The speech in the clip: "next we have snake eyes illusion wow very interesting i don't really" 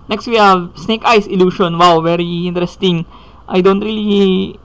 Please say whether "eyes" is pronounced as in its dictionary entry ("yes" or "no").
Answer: no